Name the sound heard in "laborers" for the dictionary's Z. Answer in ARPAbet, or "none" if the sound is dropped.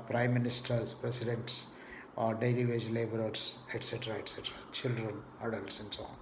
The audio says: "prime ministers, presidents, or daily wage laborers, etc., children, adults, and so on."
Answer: S